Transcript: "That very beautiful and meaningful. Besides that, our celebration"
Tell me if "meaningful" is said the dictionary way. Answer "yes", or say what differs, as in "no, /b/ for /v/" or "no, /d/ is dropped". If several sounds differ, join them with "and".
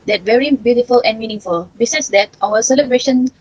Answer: no, /ŋ/ is dropped